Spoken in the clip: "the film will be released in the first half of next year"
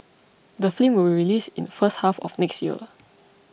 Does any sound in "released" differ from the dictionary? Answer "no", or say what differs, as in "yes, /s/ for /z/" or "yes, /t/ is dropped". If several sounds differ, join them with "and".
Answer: yes, /t/ is dropped